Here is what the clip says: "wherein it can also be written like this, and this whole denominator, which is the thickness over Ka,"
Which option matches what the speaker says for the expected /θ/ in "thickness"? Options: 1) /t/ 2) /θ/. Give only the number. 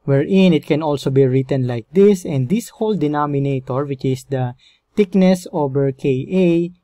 1